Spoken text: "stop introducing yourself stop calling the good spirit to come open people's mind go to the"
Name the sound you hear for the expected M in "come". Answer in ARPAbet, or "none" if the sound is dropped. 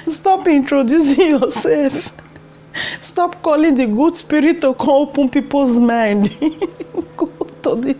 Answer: none